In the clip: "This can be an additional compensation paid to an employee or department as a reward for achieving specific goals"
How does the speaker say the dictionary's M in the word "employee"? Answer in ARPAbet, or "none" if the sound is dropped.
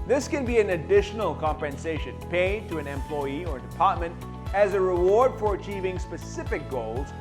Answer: M